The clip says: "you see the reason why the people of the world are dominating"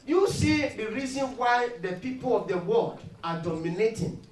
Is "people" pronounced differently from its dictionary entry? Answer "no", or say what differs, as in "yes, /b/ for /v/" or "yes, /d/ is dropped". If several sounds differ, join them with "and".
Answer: no